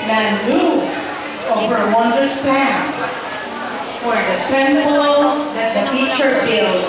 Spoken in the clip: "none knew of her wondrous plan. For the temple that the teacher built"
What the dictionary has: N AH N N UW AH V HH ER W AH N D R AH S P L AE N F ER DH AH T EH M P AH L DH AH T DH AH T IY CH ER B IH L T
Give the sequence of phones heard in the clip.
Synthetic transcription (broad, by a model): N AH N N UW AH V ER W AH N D AH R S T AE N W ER DH AH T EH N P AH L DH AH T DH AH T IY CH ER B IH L